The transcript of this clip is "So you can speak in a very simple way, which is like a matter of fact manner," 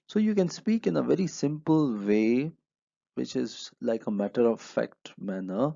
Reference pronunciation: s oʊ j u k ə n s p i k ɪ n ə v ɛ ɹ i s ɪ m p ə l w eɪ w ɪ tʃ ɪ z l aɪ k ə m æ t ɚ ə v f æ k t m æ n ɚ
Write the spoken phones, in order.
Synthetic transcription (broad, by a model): s oʊ j u k ə n s p i k ɪ n ə v ɛ ɹ i s ɪ m p ə l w eɪ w ɪ tʃ ɪ z l aɪ k ə m æ t ɚ ə v f æ k t m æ n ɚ